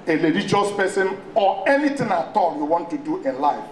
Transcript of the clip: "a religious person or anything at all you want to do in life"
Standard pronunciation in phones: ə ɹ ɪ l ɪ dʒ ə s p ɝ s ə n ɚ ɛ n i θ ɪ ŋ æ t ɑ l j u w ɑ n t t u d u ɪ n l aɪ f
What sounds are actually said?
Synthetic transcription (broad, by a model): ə l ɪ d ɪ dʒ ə s p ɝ s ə n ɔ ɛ n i t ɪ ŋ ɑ t ɑ l j u w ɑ n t t u d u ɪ l aɪ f